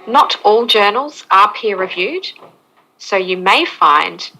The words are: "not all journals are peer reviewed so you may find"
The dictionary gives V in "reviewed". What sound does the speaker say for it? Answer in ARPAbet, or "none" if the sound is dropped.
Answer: V